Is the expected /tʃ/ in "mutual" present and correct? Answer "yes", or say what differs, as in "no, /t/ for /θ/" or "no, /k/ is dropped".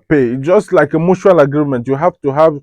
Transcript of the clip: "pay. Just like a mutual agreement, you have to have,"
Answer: no, /ʃ/ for /tʃ/